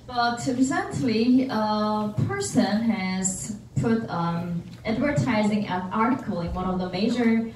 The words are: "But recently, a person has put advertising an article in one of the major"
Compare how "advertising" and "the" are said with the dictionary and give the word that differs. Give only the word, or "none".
none